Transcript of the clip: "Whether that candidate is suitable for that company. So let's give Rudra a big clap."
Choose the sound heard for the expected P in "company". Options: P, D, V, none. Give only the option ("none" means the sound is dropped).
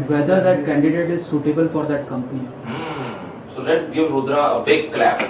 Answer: P